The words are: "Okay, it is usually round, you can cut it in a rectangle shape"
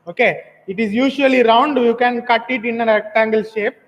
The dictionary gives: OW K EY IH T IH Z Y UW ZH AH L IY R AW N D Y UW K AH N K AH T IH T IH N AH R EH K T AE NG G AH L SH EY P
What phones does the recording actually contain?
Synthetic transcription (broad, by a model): OW K EY IH T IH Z Y UW SH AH L IY R AW N D Y UW K AH N K AH T IH T IH N AH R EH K T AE NG G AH L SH EY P